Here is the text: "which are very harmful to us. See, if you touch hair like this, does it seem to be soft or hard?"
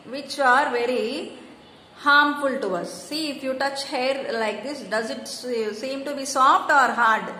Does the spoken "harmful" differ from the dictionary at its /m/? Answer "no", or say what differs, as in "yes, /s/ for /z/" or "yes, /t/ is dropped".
no